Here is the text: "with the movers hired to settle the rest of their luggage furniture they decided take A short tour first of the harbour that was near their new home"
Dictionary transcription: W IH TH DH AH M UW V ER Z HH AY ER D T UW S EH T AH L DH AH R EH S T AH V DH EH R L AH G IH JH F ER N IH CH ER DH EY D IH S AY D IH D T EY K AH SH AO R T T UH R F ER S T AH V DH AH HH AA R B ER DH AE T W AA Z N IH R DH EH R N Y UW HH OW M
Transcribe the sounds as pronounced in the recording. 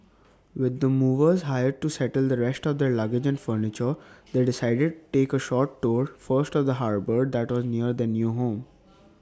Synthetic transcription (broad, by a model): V IH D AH M UW V ER Z HH AY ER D T UW S EH T AH L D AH R EH S T AH V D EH R L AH G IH JH F ER N IH CH ER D EY D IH S AY D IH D T EY K AH SH AO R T T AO R F ER S T AH V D AH HH AA R B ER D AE T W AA Z N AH R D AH N Y UW HH OW M